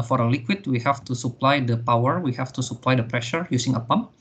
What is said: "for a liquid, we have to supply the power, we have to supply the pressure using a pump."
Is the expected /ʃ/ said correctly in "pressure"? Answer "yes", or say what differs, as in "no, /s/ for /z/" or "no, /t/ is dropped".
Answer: yes